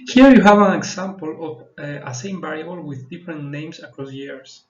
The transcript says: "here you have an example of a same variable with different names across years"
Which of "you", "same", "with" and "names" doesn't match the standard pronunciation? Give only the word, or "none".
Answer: names